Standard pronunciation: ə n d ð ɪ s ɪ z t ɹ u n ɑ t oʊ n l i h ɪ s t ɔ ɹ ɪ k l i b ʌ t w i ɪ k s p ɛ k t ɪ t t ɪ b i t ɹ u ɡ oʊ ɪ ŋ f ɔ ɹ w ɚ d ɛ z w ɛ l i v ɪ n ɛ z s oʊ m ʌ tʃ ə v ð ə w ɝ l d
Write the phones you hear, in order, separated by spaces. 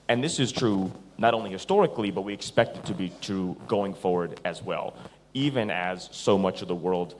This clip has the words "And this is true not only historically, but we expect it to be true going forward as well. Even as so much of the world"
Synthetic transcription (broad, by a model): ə n ð ɪ s ɪ z t ɹ u n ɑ t oʊ n l i h ɪ s t ɔ ɹ ɪ k l i b ʌ t w i ɪ k s p ɛ k t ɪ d t ɪ b i t ɹ u ɡ oʊ ɪ ŋ f ɔ ɹ w ɚ d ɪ z w ɛ l i v ɪ n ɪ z s oʊ m ʌ tʃ ə v ð ə w ɝ l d